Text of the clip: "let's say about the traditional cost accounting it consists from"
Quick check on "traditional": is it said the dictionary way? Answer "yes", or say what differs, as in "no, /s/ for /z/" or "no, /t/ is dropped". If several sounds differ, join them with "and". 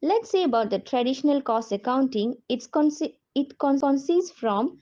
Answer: yes